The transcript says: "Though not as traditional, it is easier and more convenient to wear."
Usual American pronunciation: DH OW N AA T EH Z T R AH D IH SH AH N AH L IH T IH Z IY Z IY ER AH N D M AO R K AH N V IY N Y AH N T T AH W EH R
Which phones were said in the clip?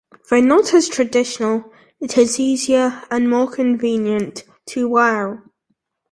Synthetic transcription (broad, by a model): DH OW N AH T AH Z T R AH D IH SH AH N AH L IH T IH Z IY Z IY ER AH N M AO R K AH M V IY N Y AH N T T AH W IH L